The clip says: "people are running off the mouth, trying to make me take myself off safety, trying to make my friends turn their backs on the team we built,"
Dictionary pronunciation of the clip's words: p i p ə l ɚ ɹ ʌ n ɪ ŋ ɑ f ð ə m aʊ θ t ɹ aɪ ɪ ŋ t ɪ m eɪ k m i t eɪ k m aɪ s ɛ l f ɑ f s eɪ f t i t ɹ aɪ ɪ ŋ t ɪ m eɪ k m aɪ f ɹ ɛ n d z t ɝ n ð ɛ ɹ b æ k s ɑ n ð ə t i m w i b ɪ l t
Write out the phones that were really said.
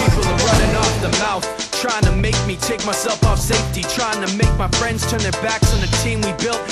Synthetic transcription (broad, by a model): i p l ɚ ɹ ʌ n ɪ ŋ ɑ f ð ə m aʊ θ t ɹ aɪ ɪ ŋ t ɪ m eɪ k m i t eɪ k m aɪ s ɛ l f ɑ f s eɪ f t i t ɹ aɪ ɪ ŋ t ɪ m eɪ k m aɪ f ɹ ɛ n d z t ɝ n ð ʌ ɹ b æ k s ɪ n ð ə t i m w i b ɪ l t